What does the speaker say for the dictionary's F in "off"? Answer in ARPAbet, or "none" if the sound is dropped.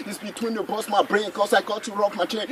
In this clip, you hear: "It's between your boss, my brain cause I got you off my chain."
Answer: P